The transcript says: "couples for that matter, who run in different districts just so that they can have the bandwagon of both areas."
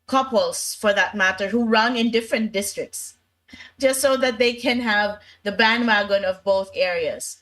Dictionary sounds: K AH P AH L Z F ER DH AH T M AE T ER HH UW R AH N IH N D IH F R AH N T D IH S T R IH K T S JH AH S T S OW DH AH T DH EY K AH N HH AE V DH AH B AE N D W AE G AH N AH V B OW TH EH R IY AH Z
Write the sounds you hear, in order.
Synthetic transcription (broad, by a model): K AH P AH L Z F ER DH AH T M AE T ER HH UW R AH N IH N D IH F R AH N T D IH S T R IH K T S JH AH S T S OW DH AH T DH EY K AH N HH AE V DH AH B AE N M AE G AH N AH V B OW TH EH R IY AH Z